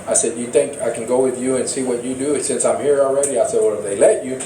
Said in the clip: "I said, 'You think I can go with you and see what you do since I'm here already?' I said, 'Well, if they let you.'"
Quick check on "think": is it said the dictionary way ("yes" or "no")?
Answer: yes